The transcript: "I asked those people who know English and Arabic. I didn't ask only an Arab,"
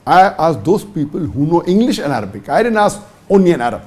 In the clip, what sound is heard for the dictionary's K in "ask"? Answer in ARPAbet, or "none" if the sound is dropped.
none